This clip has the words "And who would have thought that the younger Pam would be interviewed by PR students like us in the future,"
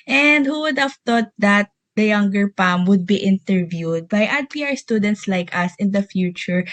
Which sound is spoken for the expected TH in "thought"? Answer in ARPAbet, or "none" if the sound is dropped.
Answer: T